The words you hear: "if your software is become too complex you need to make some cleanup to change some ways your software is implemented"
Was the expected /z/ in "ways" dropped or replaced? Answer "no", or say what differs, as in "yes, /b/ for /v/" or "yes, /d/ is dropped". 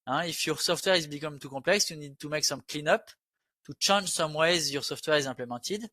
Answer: no